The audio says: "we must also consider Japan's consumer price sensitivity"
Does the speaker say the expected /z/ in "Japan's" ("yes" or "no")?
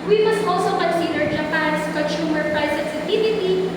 no